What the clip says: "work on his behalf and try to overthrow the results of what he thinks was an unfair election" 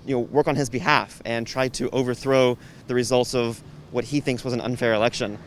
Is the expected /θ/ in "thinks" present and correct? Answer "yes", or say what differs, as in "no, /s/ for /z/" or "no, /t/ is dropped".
yes